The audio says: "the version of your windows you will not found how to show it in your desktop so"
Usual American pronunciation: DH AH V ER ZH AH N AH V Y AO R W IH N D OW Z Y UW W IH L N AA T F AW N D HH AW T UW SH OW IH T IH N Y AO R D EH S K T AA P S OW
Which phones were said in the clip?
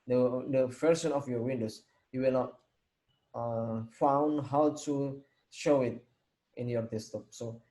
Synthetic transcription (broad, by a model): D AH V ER SH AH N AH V Y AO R W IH N D OW S Y UW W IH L N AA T F AW N D HH AW T UW SH OW IH T IH N Y AO R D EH S T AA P S OW